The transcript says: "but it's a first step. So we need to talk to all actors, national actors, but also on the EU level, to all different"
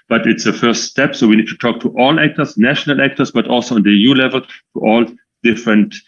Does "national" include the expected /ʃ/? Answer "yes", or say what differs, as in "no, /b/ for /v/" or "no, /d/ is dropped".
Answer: yes